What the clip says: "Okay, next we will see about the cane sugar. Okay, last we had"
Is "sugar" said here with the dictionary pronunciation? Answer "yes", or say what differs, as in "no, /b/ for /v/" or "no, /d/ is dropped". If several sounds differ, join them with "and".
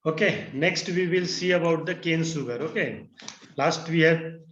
no, /s/ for /ʃ/